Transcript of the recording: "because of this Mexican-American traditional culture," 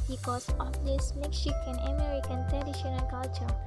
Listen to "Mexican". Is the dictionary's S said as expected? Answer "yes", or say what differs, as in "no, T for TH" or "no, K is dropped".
no, SH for S